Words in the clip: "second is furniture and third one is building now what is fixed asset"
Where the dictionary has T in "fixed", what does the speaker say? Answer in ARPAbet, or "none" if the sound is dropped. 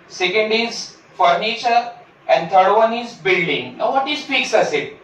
none